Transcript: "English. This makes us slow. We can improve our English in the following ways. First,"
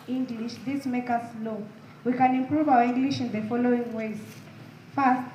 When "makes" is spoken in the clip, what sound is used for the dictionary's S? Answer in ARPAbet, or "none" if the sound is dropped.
none